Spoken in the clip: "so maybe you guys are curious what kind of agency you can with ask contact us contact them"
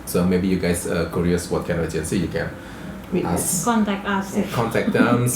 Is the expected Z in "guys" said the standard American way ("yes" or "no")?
no